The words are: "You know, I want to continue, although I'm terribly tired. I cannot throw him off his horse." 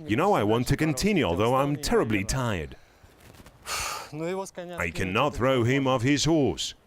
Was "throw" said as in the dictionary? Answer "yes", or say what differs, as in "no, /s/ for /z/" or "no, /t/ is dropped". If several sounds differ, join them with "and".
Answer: yes